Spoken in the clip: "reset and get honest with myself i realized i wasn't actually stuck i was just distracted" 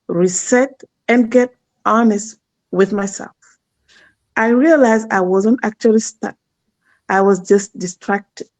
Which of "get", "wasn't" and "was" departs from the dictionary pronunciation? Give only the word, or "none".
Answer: none